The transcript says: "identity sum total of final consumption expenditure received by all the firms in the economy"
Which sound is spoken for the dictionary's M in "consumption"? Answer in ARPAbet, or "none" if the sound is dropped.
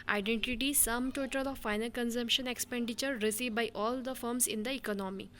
M